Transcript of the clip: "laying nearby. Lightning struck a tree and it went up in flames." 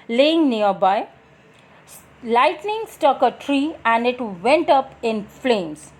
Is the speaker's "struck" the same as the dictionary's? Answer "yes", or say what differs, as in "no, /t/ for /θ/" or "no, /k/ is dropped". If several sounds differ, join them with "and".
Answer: no, /ɹ/ is dropped